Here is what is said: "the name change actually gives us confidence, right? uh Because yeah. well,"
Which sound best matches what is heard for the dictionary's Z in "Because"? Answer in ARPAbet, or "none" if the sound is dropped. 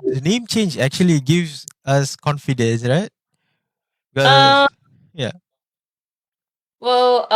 none